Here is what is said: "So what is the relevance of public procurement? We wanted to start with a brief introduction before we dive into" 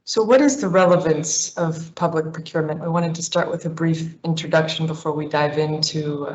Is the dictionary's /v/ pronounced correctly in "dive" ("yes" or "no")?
yes